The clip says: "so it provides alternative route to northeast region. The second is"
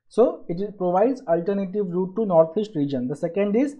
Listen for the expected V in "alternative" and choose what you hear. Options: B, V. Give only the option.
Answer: V